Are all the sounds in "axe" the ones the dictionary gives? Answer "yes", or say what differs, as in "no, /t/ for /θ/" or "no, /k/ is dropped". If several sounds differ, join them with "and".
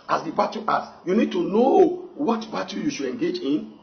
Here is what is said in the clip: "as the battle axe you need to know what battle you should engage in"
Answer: no, /k/ is dropped